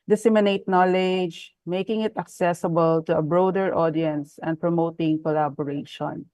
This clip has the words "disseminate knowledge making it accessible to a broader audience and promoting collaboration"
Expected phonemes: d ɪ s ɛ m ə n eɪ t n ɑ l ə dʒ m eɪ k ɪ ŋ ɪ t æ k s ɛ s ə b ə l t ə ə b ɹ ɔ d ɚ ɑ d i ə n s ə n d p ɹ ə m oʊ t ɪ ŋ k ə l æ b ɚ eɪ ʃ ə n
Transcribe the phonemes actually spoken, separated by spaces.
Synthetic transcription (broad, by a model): d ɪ s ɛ m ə n eɪ t n ɑ l ə dʒ m eɪ k ɪ ŋ ɪ t æ k s ɛ s ə b ə l t ə ə b ɹ ɔ d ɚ ɑ d i ə n s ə n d p ɹ ə m oʊ t ɪ ŋ k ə l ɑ b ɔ eɪ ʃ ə n